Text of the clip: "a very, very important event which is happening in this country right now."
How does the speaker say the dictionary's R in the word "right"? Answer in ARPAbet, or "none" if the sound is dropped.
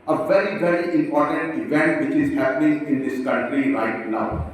R